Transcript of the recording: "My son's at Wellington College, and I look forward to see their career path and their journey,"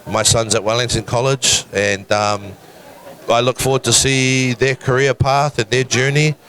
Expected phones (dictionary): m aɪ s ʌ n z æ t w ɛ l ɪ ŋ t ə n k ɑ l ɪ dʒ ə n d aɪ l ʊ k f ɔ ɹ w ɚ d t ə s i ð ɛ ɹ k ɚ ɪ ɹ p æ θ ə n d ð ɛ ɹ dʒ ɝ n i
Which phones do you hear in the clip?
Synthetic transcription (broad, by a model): m aɪ s ʌ n z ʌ t w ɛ l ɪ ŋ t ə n k ɑ l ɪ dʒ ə n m aɪ l ʊ k f ɔ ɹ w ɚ d t ə s i ð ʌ ɹ k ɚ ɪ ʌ p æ θ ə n ð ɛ ɹ dʒ ɝ n i